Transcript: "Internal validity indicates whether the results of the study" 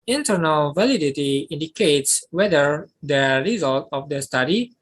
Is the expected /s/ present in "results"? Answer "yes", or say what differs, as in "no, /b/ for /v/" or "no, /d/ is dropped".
no, /s/ is dropped